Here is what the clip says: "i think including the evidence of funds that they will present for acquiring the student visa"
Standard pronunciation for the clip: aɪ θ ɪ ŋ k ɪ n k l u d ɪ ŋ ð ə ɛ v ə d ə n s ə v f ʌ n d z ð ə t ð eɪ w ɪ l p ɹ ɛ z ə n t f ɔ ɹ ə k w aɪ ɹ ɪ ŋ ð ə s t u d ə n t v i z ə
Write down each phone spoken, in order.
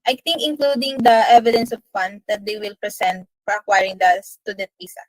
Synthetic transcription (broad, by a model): aɪ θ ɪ ŋ k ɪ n k l u d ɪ ŋ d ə ɛ v ə d ə n s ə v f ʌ n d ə t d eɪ w ɪ l p ɹ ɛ s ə n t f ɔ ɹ ə k w aɪ ɹ ɪ ŋ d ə s t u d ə t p i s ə